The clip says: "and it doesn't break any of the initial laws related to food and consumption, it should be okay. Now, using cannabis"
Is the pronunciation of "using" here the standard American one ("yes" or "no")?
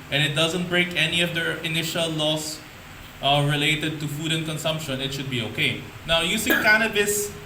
no